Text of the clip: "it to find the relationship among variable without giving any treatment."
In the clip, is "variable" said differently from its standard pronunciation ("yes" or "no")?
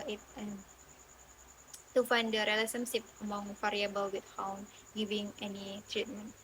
yes